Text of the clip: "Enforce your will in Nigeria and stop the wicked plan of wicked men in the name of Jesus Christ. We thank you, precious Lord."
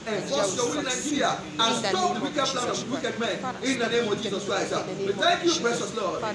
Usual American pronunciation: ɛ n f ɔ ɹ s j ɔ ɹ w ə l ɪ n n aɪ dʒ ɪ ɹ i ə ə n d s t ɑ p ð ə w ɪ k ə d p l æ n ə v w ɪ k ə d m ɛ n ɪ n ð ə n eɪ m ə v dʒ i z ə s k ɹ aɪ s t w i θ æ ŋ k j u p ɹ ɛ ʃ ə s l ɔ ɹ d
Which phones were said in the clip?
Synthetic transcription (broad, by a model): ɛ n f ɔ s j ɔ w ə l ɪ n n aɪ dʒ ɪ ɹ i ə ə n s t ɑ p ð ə w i k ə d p l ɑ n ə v w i k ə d m ɛ n ɪ n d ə n eɪ m ə v dʒ i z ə s k ɹ aɪ s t w i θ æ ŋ k j u b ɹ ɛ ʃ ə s l ɔ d